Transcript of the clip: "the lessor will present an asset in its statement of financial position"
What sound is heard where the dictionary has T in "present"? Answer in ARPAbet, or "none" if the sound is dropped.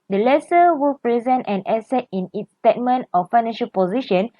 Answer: T